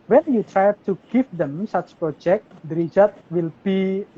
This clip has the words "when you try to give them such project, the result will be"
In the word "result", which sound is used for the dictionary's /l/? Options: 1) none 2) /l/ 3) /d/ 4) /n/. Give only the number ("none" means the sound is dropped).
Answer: 1